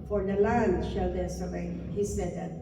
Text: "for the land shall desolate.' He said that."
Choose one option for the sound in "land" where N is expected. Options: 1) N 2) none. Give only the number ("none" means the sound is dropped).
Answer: 1